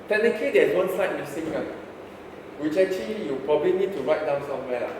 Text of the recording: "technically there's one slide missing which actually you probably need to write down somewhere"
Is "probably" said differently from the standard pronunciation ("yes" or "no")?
no